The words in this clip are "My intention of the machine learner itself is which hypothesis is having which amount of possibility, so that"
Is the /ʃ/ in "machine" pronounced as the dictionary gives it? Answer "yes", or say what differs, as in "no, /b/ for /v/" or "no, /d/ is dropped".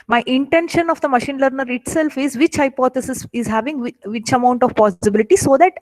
yes